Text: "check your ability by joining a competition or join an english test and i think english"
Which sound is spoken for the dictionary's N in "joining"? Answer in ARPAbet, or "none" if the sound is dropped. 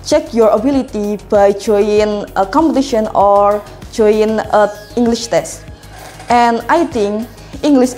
none